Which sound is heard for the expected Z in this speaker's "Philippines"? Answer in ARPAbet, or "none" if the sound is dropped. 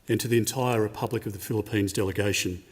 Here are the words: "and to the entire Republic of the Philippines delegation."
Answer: Z